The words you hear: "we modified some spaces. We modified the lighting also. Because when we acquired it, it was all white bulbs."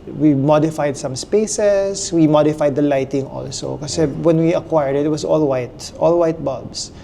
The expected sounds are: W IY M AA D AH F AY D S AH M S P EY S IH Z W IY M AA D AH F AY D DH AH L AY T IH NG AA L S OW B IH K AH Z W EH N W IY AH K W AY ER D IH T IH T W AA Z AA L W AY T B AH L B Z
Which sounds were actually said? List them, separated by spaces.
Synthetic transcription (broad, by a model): W IY M AA D AH F AY D S AH M S P EY S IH S W IY M AA D AH F AY D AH L AY T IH NG AA L S OW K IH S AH W EH N W IY AH K W AY ER D IH T IH T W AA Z AA L W AY T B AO L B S